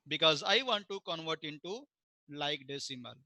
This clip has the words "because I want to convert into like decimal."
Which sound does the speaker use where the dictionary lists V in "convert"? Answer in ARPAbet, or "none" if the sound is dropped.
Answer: V